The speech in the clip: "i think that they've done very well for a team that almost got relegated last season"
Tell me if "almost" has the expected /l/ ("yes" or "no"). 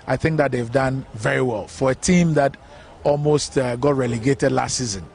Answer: yes